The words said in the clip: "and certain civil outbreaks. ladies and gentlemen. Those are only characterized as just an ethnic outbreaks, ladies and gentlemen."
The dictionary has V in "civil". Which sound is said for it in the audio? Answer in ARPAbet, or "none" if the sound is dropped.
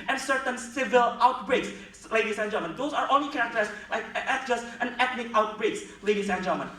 V